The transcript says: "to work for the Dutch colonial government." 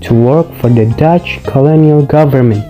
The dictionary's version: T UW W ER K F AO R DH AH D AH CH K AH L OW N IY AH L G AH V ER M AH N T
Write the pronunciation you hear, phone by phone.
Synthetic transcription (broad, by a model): T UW W ER K F AO R DH AH D AH CH K AH L OW N IY AH L G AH V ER M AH N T